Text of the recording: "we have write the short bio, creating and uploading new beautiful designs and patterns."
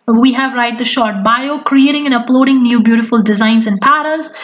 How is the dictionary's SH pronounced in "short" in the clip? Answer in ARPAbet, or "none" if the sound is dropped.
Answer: SH